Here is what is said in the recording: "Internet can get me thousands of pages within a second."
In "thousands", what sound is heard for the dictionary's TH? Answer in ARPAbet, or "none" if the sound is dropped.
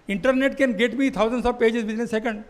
T